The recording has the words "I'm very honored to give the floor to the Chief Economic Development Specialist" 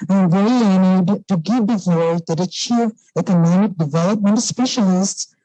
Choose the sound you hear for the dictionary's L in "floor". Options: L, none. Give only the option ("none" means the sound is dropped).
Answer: none